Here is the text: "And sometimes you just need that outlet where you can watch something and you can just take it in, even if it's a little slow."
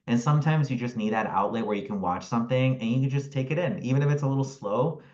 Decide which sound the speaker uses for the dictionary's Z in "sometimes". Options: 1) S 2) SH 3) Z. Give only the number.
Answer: 3